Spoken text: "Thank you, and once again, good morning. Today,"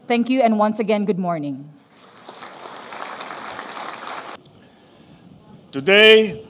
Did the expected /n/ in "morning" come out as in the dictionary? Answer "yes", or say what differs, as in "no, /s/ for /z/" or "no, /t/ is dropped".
yes